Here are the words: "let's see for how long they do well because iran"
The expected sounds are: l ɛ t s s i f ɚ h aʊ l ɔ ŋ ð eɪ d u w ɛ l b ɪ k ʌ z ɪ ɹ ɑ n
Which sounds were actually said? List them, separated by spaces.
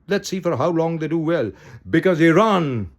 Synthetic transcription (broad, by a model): l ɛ t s s i f ɚ h aʊ l ɔ ŋ ð eɪ d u w ɛ l b ɪ k ʌ z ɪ ɹ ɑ n